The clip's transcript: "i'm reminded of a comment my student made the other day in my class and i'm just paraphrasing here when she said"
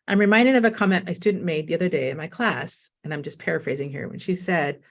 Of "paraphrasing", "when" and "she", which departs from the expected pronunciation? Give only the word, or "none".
none